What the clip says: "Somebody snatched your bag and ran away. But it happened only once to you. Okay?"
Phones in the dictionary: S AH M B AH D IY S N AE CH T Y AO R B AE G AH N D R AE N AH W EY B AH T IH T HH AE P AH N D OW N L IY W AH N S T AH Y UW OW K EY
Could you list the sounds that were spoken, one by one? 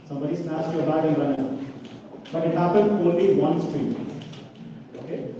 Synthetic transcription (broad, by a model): S AH M B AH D IY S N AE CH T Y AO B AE AH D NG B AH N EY B AH T IH T HH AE P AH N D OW L IY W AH N S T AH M OW K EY